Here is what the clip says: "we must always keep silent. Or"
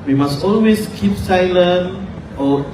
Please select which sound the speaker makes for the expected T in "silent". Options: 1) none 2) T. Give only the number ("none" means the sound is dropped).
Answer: 1